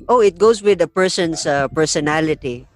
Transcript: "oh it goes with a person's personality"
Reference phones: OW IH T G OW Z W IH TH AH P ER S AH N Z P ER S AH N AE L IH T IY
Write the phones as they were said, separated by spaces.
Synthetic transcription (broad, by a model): OW IH T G OW S W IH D AH P ER S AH N S P ER S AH N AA L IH T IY